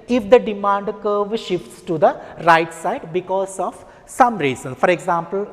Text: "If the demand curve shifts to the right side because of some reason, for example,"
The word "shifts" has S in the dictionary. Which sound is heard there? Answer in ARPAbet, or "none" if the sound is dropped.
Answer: S